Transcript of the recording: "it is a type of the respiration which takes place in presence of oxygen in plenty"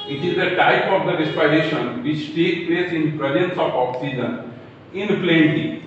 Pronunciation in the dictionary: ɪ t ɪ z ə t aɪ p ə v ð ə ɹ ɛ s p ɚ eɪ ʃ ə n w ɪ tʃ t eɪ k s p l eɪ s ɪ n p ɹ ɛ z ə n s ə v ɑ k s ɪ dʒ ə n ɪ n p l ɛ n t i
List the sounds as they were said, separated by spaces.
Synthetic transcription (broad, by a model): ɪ t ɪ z ə t aɪ p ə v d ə ɹ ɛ s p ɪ eɪ ʃ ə n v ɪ tʃ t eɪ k p l eɪ s ɪ n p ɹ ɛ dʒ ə n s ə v ɑ k s ɪ dʒ ə n ɪ n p l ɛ n t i